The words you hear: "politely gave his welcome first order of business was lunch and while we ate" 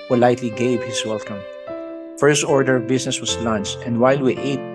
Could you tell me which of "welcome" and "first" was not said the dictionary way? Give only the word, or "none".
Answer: none